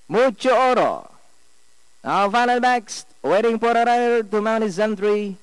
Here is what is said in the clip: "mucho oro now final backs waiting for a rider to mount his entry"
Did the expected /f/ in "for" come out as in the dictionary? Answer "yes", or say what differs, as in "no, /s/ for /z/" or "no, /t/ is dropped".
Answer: no, /p/ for /f/